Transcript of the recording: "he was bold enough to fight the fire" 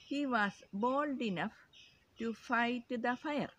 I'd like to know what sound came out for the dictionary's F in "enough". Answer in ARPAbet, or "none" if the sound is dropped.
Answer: F